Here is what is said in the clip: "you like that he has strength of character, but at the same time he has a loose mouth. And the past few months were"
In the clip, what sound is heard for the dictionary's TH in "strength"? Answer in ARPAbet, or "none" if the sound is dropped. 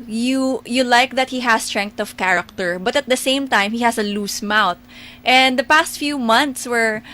T